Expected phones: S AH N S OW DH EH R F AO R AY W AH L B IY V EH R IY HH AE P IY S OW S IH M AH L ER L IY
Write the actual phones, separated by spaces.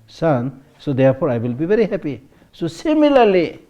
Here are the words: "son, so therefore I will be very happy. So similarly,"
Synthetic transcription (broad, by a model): S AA N S OW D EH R P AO R AY W AH L B IY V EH R IY HH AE P IY S OW S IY M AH L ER L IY